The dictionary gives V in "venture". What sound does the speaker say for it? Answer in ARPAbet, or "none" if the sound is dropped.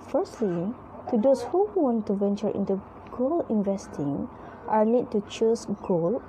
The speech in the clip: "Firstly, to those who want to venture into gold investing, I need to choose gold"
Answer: V